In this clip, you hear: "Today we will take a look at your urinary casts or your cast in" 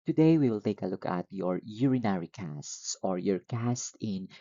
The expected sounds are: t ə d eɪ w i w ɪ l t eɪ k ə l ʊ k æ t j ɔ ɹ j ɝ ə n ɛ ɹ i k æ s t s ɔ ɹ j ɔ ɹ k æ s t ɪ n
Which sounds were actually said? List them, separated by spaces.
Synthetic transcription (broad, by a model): t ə d eɪ w i w ɪ l t eɪ k ə l ʊ k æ t j ɔ ɹ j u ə n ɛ ɹ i k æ s t s ɔ ɹ j ɔ ɹ k æ s t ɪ n